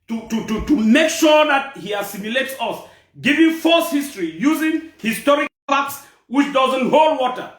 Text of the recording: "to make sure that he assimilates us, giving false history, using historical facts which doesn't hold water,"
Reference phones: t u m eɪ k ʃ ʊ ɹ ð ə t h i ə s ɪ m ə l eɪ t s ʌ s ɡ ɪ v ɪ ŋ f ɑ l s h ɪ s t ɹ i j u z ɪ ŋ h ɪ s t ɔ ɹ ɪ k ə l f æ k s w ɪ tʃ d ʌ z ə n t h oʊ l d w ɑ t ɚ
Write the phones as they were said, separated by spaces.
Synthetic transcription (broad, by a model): t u m eɪ k ʃ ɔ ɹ ð ə t h i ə s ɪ m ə l eɪ t s ʌ s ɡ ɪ v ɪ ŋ f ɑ s h ɪ s t ɹ i j u z ɪ ŋ h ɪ s t ɔ ɹ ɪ k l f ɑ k s w ɪ tʃ d ʌ z ə n t h oʊ l d w ɑ t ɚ